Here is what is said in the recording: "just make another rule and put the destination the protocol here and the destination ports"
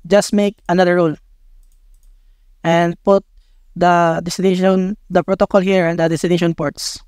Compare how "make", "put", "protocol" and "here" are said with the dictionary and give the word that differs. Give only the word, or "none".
none